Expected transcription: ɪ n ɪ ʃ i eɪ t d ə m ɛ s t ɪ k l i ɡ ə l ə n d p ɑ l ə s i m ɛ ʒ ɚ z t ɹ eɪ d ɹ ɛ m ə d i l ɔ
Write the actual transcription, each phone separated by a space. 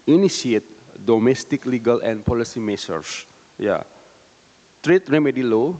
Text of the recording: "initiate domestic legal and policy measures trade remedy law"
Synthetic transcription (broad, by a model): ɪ n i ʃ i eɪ t d ə m ɛ s t ɪ k l i ɡ ə l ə n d p ɑ l ə s i m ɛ s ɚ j t ɹ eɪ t ɹ ɛ m ə d i l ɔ